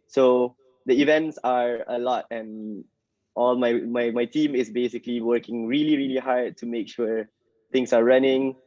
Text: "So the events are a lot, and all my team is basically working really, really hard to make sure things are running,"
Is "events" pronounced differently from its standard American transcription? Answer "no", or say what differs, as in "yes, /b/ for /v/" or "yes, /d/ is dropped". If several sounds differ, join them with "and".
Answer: no